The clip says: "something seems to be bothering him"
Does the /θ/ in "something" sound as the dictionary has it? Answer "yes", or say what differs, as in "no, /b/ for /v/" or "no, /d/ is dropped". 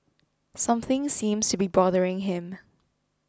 yes